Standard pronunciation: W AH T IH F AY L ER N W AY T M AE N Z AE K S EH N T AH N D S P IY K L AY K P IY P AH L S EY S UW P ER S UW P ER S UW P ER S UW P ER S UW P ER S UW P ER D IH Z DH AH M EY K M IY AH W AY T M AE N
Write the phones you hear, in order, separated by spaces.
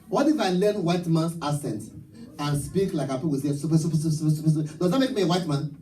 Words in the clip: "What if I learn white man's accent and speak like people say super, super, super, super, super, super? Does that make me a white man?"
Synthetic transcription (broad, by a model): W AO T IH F AY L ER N W AY T M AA N S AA S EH N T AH N S P IY K L AY K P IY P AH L S EY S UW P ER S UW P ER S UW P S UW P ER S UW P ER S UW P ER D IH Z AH M EY K M IY AH W AY T M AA N